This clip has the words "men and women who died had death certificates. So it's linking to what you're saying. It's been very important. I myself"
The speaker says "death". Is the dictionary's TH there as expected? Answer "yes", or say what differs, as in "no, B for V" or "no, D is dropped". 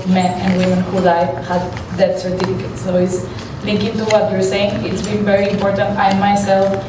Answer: no, T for TH